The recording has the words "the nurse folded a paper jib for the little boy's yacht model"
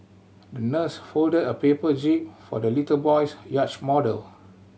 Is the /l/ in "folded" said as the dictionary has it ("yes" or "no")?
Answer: yes